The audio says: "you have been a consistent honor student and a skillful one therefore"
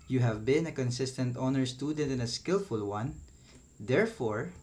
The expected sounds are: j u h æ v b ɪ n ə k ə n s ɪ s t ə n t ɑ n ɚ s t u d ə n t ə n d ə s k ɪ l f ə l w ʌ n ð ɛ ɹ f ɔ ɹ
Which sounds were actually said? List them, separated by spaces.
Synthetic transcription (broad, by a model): j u h æ v b ɪ n ə k ə n s ɪ s t ə n t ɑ n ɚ s t u d ə n t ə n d ə s k ɪ l f ə l w ʌ n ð ɛ ɹ f ɔ ɹ